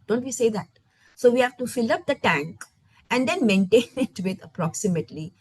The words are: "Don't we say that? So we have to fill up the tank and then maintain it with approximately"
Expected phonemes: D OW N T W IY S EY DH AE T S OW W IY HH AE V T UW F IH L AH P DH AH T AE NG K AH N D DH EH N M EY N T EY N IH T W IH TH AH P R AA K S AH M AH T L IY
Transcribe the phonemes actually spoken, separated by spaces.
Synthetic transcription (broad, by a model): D OW N T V IY S EY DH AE T S OW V IY HH AE V T UW F IH L AH P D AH T AE NG K AH N D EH N M EY N T EY N IH T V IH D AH P R AA K S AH M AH T L IY